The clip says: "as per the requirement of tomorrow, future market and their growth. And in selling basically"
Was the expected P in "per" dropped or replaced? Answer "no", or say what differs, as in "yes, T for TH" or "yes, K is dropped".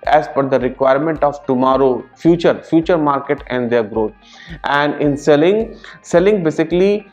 yes, F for P